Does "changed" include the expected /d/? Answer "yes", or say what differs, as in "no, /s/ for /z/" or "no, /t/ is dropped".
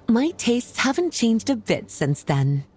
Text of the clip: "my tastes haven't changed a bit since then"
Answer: yes